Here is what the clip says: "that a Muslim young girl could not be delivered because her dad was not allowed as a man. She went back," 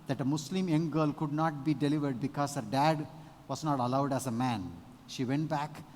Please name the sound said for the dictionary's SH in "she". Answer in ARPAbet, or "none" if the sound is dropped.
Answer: SH